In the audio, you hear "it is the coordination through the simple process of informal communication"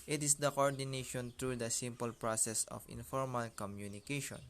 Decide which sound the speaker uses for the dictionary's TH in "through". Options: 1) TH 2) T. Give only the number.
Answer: 2